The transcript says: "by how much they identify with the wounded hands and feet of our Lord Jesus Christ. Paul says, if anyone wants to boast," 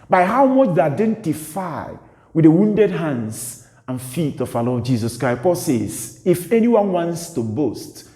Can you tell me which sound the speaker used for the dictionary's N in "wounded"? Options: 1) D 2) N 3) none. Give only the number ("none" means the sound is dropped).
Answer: 2